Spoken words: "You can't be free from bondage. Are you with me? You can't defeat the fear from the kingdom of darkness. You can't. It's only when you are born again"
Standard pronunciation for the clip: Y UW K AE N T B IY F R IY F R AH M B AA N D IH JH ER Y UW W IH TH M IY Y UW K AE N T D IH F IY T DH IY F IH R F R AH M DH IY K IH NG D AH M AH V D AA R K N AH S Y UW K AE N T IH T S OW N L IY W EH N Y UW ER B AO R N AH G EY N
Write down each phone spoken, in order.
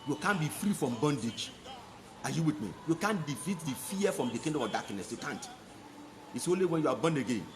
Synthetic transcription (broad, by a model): Y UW K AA N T B IY F R IY F R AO M B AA N D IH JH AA Y UW W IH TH M IY Y UW K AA N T D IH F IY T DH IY F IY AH F R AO M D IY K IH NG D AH AH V D AA K N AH S Y UW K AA N T IH T S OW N L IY W EH N Y UW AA B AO N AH G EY N